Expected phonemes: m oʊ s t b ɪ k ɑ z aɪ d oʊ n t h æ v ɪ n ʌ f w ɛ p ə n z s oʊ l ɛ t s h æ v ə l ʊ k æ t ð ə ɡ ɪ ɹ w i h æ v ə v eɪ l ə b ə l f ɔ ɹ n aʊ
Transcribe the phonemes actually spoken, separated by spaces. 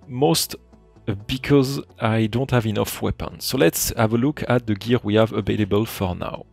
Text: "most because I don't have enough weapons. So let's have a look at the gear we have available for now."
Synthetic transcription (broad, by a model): m oʊ s t b ɪ k ɑ z aɪ d oʊ n t h æ v ɪ n ʌ f w ɛ p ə n s oʊ l ɛ t s h æ v ə l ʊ k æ t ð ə ɡ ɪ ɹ w i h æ v ə v eɪ l ə b ə l f ɔ ɹ n aʊ